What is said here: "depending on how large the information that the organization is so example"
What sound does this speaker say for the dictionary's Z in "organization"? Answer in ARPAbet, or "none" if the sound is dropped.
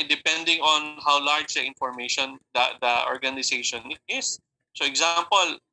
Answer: S